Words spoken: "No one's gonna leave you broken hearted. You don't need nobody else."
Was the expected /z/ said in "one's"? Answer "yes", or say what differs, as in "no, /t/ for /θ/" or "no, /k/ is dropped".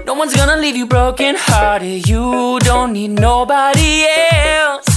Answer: yes